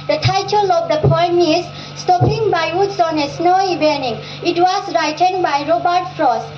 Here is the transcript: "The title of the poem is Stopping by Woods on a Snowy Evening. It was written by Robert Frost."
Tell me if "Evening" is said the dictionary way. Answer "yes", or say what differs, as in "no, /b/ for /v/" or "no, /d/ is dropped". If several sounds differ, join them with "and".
no, /v/ is dropped